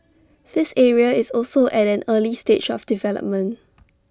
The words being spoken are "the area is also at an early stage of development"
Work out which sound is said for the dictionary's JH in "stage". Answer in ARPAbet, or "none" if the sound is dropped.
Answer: CH